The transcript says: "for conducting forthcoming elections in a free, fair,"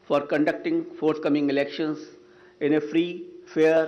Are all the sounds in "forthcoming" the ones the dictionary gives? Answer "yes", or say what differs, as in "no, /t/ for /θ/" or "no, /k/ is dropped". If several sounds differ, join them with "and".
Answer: no, /t/ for /θ/